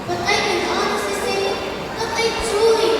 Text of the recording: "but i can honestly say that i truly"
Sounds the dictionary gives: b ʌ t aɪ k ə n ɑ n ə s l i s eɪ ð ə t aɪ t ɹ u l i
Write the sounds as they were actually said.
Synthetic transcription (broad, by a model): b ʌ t aɪ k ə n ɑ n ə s i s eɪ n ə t aɪ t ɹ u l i